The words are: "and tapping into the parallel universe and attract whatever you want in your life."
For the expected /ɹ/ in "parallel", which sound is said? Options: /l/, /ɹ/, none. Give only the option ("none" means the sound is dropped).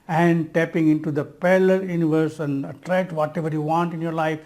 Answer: /l/